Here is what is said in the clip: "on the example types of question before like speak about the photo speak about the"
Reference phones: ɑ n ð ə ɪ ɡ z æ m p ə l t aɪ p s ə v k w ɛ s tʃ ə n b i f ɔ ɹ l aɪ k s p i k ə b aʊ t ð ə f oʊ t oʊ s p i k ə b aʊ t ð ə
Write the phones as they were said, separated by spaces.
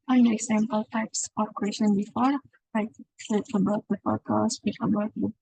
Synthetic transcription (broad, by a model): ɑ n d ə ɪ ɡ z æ m p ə l t aɪ p s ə f k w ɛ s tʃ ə n b i f ɔ ɹ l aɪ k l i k ə b aʊ t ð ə p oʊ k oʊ s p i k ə b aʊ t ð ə